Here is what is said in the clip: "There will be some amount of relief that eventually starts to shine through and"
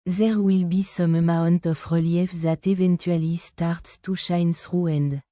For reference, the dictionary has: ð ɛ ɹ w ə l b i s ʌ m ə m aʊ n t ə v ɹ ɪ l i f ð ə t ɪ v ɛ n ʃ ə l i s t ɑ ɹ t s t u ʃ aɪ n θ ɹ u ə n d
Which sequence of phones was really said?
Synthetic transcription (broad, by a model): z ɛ ɹ w ə l b i s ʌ m ə m aʊ n t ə f ɹ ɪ l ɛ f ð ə t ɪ v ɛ n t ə l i s t ɑ ɹ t t u ʃ aɪ n s ɹ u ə n d